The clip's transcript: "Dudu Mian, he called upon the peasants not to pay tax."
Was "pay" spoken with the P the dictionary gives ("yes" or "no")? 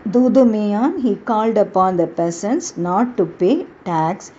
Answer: yes